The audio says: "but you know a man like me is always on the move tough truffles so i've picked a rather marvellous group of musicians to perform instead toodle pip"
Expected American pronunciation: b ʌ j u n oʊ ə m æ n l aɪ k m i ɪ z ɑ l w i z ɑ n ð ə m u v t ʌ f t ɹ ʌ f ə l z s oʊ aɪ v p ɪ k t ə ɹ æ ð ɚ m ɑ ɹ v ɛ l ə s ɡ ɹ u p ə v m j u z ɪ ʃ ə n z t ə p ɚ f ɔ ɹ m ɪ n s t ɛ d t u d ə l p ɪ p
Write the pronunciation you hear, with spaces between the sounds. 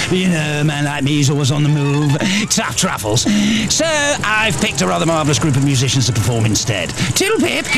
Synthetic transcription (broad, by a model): j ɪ n oʊ ə m æ n l aɪ k m i ɪ z ɑ l w i z n ð ə m u v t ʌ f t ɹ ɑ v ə l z s oʊ aɪ v p ɪ k t ə ɹ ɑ ð ɚ m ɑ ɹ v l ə s ɡ ɹ u p ə v m j u z ɪ ʃ ə n z t ə p ɚ f ɔ ɹ m ɪ n s t ɛ d t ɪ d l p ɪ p